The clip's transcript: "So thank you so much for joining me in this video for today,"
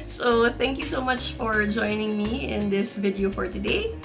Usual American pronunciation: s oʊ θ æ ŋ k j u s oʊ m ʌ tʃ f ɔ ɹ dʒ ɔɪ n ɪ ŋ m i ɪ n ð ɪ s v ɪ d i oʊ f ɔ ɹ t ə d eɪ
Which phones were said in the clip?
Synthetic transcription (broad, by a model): s oʊ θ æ ŋ k j u s oʊ m ʌ tʃ f ɔ ɹ dʒ ɔɪ n ɪ ŋ m i ɪ n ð ɪ s v ɪ d i oʊ f ɔ ɹ t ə d eɪ